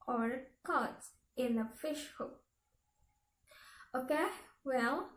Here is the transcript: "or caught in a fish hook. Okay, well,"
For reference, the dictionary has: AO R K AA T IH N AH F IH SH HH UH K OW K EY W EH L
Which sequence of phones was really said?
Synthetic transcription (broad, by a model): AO R K AA T IH N AH F IH SH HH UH OW K EY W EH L